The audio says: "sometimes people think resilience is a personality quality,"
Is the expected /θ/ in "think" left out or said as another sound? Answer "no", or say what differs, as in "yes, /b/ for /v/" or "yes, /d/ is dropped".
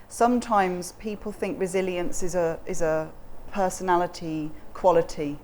no